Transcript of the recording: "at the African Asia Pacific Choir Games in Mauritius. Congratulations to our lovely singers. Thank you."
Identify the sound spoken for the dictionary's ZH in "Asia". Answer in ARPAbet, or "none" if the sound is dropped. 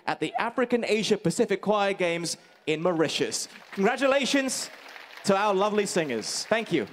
ZH